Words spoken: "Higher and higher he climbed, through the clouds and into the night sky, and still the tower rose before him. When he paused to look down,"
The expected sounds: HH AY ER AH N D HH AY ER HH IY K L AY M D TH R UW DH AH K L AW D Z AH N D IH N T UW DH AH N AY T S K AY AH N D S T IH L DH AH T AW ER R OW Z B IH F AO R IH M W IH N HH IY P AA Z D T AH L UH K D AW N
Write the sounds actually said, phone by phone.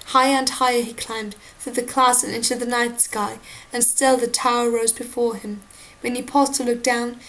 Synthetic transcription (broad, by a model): HH AY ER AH N HH AY ER IY K L AY M D TH R UW DH AH K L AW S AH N IH N T UW DH AH N AY T S K AY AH N S T IH L DH AH T AW ER R OW Z B IH F AO R IH M W IH N IY P AA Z T AH L UH K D AW N